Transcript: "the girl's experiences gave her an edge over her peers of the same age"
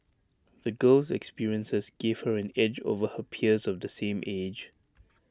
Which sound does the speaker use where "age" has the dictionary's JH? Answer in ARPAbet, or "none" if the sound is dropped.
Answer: JH